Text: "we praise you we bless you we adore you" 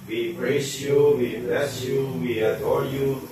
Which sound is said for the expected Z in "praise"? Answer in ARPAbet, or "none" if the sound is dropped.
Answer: S